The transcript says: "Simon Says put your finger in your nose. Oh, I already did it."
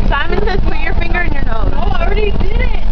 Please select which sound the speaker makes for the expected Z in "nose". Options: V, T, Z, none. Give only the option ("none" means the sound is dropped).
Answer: none